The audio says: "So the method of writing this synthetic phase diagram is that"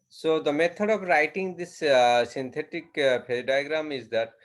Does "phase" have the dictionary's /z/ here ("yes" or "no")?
no